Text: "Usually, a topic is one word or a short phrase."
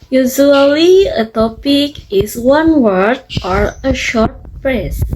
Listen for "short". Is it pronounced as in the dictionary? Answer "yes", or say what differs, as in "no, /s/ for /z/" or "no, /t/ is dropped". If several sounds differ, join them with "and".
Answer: yes